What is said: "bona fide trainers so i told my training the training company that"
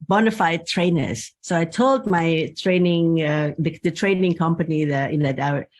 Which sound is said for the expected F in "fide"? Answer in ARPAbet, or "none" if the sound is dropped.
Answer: F